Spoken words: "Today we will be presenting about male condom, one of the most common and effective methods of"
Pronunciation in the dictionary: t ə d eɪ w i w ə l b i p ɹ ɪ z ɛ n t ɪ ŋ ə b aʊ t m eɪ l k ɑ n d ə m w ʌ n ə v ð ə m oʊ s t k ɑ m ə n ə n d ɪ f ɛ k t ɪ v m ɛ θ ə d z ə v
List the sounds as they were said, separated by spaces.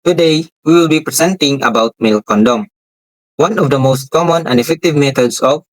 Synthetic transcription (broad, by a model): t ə d eɪ w i w ə l b i p ɹ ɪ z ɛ n t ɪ ŋ ə b aʊ t m eɪ l k ɑ n d ə m w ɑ n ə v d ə m oʊ s t k ɑ m ə n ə n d ɪ f ɛ k t ɪ v m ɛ t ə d s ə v